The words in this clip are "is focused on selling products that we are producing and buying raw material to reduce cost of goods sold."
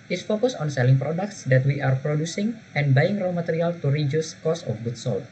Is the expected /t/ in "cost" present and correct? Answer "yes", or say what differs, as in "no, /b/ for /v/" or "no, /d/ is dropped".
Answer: no, /t/ is dropped